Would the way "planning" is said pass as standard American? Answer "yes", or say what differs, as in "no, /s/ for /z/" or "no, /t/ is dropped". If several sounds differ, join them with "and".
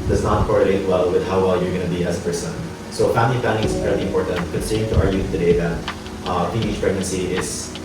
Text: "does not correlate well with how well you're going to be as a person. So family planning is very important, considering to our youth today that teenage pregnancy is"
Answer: no, /l/ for /n/